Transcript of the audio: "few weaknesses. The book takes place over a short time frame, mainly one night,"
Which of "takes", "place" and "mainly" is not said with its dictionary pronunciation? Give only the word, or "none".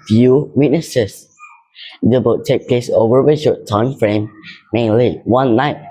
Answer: takes